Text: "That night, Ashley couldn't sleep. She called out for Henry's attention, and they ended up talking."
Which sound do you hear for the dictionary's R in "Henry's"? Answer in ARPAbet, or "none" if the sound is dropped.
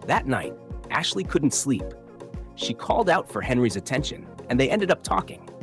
R